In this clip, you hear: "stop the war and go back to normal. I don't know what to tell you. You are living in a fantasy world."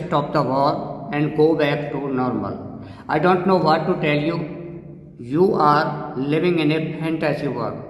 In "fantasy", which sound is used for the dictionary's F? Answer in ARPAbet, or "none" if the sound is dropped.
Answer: P